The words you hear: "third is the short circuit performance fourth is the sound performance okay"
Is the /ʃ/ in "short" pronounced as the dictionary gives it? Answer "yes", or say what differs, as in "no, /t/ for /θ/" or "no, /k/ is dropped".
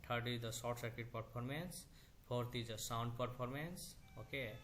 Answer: no, /s/ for /ʃ/